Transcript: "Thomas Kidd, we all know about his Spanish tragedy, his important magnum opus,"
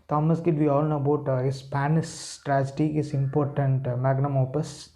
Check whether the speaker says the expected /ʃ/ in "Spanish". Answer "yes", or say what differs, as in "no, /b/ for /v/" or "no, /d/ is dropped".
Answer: no, /s/ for /ʃ/